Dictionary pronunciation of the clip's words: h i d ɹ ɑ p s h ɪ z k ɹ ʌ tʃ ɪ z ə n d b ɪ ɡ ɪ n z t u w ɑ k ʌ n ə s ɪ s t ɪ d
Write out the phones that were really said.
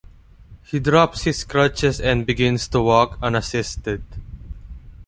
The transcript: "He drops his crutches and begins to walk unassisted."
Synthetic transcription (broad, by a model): h i d ɹ ɑ p s h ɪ s k ɹ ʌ tʃ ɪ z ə n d b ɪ ɡ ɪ n s t u w ɑ k ʌ n ə s ɪ s t ɪ d